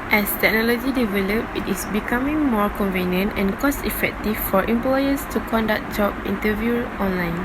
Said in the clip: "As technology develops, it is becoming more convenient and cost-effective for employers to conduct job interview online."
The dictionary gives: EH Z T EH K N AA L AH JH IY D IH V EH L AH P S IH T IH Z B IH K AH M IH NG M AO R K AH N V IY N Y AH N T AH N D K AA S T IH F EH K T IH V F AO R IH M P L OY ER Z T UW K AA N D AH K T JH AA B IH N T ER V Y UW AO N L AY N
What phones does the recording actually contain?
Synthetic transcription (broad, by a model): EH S T EH K N AA L AH JH IY D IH V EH L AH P IH T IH S B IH K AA M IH NG M AO R K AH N V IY N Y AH N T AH N K AA S T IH F EH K T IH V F AO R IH M P L OY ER S T UW K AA N D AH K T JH AA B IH N T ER V Y UW AO N L AY N